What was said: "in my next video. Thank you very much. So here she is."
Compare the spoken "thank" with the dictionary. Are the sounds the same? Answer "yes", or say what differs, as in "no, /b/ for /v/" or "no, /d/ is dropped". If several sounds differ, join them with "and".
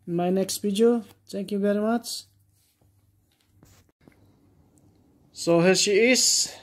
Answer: no, /t/ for /θ/